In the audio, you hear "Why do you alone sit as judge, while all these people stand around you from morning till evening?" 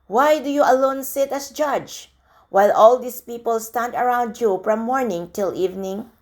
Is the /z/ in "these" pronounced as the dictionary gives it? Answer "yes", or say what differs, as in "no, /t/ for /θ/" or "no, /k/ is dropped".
no, /s/ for /z/